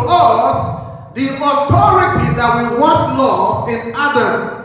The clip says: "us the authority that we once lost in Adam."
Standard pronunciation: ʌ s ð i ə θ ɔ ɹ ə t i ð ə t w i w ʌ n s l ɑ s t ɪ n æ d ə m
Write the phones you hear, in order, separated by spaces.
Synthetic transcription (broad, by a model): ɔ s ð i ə t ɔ ɹ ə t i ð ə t w i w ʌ s l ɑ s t ɪ n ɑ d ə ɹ